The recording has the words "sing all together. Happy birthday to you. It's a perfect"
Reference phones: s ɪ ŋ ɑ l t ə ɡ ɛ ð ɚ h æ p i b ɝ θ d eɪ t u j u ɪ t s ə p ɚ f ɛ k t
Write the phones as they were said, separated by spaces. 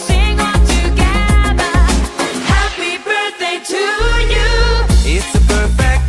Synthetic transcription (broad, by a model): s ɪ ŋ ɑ n t ə ɡ ɛ ð ɚ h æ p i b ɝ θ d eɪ t u j u ɪ t s ə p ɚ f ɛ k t